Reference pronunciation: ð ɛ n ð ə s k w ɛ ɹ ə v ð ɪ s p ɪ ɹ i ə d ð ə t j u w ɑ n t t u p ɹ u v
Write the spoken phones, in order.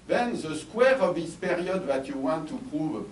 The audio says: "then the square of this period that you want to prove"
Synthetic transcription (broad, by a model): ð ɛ n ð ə s k w ɛ ɹ ə v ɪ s p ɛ ɹ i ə d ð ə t j u w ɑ n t t u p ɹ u v